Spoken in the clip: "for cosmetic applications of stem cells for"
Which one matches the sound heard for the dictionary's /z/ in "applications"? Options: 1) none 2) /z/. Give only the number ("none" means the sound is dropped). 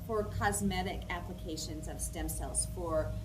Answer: 2